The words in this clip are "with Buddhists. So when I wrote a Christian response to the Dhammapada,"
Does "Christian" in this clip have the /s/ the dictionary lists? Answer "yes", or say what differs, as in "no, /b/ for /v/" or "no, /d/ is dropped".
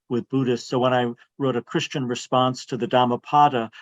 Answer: yes